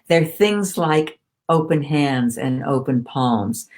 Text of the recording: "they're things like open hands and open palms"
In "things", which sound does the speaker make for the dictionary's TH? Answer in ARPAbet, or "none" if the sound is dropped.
TH